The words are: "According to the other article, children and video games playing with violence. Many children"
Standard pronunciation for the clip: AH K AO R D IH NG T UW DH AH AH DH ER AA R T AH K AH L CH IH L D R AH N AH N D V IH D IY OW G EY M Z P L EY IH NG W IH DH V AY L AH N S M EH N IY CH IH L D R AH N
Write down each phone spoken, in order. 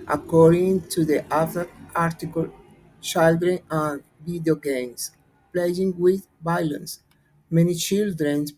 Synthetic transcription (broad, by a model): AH K AO R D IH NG T UW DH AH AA ER AA R T AH K AH L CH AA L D R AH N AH N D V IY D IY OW G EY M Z P L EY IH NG W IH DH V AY L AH N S M EH N IY CH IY L D R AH N